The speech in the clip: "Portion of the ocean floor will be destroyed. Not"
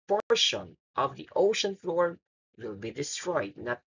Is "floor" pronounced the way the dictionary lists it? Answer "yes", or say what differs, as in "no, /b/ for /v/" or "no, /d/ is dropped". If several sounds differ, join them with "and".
yes